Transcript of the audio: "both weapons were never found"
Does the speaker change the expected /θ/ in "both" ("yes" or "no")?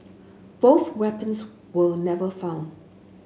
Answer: no